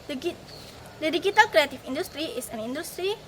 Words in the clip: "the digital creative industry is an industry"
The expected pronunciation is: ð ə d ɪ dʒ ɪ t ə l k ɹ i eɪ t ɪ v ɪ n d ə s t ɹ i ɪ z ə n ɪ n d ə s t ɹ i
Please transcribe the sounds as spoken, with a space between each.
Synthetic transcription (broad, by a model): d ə d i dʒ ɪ t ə l k ɹ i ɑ t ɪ f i n d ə s t ɹ i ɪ s ə n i n d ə s t ɹ i